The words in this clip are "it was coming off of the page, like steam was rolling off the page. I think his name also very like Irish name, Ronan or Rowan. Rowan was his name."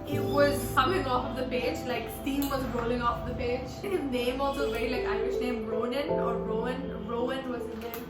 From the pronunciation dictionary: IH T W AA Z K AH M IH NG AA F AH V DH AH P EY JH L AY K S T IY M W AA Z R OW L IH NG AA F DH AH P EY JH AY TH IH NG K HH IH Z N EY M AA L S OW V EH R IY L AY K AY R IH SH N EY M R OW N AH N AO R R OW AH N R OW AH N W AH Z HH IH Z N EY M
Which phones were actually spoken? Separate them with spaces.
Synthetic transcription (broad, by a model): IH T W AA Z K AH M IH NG AA F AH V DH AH P EY JH L AY K S T IY M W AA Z R OW L IH NG AA F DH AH P EY JH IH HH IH Z N EY M AA L S OW V EH R IY L AY K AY IH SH N EY M R OW N AH N AO R R OW AH N R OW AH N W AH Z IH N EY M